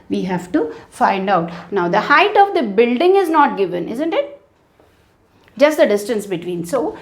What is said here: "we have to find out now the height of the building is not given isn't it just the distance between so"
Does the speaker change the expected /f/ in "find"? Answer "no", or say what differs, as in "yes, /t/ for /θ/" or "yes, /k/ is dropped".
no